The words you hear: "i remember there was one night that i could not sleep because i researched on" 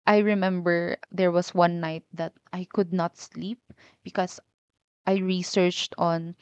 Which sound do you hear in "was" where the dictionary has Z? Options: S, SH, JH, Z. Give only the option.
S